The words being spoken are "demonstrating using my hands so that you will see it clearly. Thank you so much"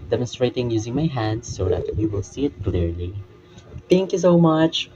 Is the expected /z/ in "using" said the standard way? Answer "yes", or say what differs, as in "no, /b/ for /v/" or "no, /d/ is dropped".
yes